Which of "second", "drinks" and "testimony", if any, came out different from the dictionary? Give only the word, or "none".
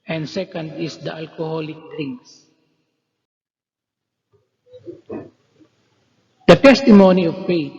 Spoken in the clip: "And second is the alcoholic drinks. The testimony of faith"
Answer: drinks